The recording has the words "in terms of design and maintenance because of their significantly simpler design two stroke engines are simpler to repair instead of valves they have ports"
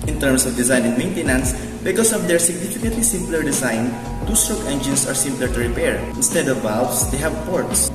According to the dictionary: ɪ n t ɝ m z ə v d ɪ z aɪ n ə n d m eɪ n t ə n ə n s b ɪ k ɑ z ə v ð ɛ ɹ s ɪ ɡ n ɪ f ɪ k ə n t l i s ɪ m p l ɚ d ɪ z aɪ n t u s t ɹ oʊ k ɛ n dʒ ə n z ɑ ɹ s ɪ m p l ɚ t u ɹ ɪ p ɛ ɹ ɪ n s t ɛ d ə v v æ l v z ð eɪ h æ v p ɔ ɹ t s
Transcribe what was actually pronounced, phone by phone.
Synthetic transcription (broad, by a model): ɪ n t ɝ m s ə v d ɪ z aɪ n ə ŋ m eɪ n t ə n ə n s b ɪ k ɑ s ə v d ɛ ɹ s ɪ ɡ n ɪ f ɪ k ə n t l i s ɪ m p l ɚ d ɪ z aɪ n t u s t ɹ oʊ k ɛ n dʒ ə n s ɑ ɹ s ɪ m p l ɚ t u ɹ ɪ p ɛ ɹ ɪ n s t ɛ d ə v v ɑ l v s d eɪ h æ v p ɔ ɹ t s